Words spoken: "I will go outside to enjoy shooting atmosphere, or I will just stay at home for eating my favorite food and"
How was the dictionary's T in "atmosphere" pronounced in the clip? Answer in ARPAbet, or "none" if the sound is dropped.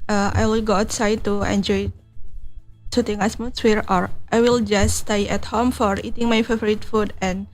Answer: S